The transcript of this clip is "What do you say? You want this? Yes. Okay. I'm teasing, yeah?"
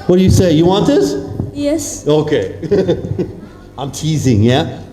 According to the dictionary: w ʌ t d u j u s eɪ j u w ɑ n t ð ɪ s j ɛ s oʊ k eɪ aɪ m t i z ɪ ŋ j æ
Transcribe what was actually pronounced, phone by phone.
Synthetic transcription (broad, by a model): w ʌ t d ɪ j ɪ s eɪ j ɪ w ɑ n t ð ɪ s j ɛ s oʊ k eɪ aɪ m t i z ɪ ŋ j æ